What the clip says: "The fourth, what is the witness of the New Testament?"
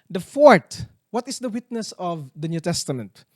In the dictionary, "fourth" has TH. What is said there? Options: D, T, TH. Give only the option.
T